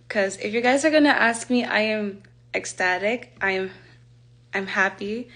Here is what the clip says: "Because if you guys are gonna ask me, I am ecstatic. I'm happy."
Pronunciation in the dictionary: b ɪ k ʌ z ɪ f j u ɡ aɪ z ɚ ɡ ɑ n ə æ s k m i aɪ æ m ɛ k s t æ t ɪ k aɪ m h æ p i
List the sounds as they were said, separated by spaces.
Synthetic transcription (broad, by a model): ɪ k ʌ z ɪ f j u ɡ aɪ z ɚ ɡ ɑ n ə æ s k m i aɪ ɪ m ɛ k s t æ t ɪ k aɪ m h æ p i